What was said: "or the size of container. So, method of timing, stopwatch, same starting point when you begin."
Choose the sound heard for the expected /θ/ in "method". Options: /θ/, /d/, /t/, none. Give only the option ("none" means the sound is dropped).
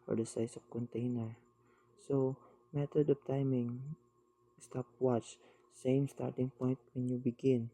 /t/